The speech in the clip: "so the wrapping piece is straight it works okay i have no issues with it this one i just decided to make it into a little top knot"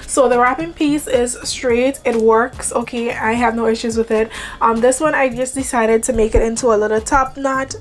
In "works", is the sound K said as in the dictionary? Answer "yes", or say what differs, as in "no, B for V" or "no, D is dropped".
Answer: yes